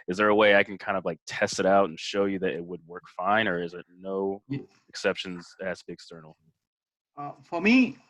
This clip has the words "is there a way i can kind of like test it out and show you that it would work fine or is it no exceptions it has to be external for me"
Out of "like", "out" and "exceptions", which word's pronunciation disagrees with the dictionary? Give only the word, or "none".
none